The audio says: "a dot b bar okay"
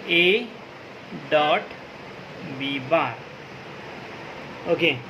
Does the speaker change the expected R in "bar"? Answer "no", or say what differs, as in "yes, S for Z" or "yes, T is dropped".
no